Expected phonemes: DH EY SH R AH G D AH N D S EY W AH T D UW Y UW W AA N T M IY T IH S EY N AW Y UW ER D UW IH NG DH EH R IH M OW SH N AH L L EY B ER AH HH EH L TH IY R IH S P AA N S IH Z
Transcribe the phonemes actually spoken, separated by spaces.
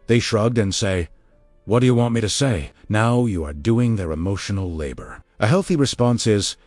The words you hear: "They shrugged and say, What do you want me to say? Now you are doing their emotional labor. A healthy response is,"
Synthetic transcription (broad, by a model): DH EY SH R AH G D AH N S EY W AH T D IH Y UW W AA N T M IY T IH S EY N AW Y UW ER D UW IH NG DH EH R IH M OW SH N L L EY B ER AH HH EH L TH IY R IH S P AA N S IH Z